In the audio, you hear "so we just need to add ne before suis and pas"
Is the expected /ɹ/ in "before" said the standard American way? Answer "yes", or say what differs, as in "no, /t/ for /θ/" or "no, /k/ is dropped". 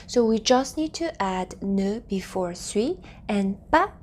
yes